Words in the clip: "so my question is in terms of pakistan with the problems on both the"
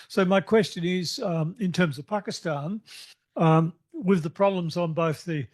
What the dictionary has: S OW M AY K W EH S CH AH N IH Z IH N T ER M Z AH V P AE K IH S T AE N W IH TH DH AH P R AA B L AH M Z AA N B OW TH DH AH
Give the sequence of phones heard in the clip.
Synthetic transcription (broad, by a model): S OW M AY K W EH S CH AH N IH Z IH N T ER M Z AH V P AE K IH S T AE N W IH DH AH P R AA B L AH M Z N B OW TH DH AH